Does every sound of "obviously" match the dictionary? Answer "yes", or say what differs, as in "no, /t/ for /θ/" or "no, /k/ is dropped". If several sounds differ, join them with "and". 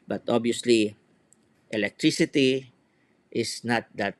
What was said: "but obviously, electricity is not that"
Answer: no, /v/ is dropped